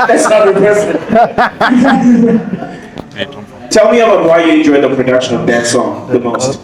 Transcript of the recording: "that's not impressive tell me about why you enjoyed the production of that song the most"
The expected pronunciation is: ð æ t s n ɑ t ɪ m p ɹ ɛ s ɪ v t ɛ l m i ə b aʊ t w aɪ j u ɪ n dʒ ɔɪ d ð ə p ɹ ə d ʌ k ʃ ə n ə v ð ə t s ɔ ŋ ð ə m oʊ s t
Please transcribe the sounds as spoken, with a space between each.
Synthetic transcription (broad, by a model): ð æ t s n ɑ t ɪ p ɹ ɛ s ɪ t ɛ l m i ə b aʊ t w aɪ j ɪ ɪ n dʒ ɔɪ d ð ə p ɹ ə d ʌ k ʃ ə n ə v ð ə t s ɔ ŋ ð ə m oʊ s t